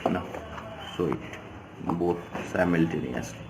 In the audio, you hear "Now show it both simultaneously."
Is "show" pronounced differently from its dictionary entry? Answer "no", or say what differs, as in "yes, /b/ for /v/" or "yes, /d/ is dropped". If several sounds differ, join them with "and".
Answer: yes, /s/ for /ʃ/